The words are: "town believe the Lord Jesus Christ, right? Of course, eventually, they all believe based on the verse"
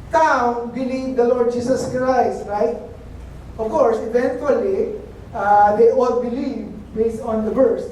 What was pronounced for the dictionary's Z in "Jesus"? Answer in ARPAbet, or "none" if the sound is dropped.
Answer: S